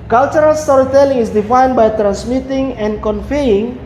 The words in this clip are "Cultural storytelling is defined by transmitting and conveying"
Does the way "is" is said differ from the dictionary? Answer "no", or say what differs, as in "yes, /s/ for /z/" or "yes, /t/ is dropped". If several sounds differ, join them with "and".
yes, /s/ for /z/